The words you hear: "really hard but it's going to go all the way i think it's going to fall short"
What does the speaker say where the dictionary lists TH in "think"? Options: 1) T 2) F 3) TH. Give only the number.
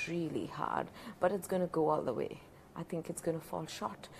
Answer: 3